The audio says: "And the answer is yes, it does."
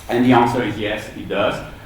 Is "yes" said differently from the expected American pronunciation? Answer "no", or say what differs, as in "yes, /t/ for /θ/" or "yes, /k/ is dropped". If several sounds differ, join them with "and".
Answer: no